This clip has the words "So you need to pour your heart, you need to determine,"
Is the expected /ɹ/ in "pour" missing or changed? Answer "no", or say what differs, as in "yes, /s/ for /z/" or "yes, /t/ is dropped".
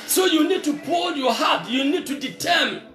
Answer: yes, /l/ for /ɹ/